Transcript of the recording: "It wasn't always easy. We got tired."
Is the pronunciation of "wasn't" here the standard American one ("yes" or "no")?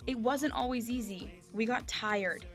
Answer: yes